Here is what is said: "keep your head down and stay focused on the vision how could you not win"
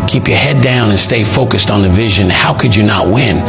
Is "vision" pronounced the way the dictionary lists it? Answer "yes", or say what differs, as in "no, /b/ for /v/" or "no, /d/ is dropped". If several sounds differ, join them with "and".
yes